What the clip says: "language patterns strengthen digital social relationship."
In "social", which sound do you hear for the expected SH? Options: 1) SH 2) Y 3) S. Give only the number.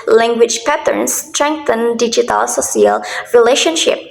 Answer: 3